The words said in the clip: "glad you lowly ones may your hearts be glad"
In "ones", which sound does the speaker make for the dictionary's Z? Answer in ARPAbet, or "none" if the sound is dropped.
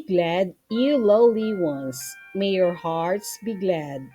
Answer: S